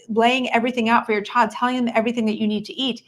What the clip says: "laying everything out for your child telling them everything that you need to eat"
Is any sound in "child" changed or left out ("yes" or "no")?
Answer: yes